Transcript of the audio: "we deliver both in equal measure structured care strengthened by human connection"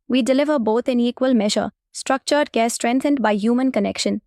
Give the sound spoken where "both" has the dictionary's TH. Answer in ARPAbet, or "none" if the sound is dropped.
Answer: T